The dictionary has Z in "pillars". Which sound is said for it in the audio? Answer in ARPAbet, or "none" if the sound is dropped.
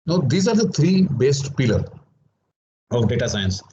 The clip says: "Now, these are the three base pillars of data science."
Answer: none